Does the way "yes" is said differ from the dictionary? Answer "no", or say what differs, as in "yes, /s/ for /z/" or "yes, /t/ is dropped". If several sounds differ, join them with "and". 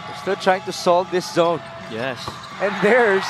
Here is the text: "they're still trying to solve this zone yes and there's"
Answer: no